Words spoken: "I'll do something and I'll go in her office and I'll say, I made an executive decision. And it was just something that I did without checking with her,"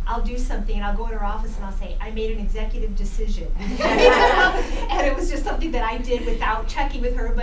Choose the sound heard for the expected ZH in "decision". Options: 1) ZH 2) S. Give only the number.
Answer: 1